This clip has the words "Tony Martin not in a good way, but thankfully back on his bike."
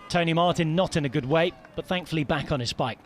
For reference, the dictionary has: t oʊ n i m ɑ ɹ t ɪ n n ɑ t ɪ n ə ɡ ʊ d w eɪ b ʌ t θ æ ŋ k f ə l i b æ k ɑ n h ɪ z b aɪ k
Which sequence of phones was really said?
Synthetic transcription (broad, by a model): t oʊ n i m ɑ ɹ t ɪ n n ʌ t ɪ n ə ɡ ʊ d w eɪ b ʌ t θ æ ŋ k f ə l i b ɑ k n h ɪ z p aɪ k